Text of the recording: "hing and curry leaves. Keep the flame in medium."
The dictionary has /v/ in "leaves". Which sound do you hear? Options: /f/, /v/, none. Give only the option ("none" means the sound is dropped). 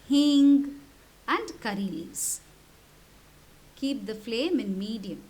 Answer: none